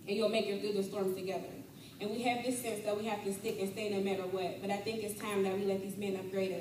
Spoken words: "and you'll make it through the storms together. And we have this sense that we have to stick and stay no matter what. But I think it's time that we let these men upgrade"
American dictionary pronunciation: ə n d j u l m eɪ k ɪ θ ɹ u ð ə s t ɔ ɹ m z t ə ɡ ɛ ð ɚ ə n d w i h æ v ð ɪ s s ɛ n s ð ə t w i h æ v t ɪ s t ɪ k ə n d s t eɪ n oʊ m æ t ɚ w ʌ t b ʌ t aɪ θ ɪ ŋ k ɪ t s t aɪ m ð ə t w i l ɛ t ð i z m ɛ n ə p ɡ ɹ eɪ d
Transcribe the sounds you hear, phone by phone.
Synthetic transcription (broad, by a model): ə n j u l m eɪ k ɪ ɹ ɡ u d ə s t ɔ ɹ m t ə ɡ ɛ ð ɚ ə n w i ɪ v ð ɪ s s ɛ n s ð ə t w i h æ f t ɪ s t ɪ k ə n s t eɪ n oʊ m æ t ɚ w ʌ t b ʌ t aɪ θ ɪ ŋ k ɪ t s t aɪ m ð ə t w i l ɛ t ð i z m ɛ n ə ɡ ɹ eɪ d